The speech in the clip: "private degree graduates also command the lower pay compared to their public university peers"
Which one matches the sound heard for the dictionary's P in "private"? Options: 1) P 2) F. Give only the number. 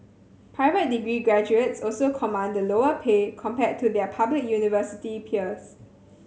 1